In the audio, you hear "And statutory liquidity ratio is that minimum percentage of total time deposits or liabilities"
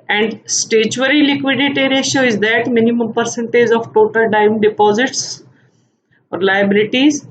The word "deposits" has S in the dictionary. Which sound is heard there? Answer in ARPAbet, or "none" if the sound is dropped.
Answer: S